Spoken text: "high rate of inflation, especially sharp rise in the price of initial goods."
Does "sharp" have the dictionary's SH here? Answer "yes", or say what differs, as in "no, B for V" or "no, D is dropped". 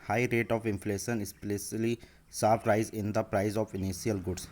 no, S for SH